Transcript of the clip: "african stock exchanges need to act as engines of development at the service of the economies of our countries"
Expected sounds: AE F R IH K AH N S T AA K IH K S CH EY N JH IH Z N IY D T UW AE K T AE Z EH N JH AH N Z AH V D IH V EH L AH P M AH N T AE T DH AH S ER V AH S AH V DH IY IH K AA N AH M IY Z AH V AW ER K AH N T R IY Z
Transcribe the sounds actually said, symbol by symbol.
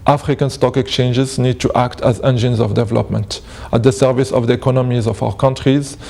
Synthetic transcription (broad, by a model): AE F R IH K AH N S T AA K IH K S CH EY N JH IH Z N IY D T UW AE K T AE Z EH N JH AH N Z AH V D IH V EH L AH P M AH N T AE T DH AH S ER V AH S AH V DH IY IH K AA N AH M IY Z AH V AW ER K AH N T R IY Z